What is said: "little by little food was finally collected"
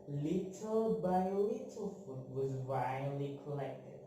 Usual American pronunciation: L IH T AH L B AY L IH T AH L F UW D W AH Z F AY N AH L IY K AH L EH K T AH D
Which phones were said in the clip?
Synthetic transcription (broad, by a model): L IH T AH L B AY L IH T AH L F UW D W AH Z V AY AH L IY K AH L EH K T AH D